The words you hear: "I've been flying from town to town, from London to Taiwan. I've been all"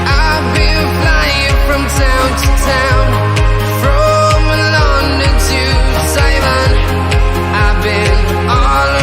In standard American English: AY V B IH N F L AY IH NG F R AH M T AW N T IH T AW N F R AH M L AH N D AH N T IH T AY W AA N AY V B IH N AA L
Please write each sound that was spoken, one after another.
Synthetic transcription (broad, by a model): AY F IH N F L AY IH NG F R AH M T AW N T IH T AW N F R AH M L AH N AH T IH S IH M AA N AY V B IH N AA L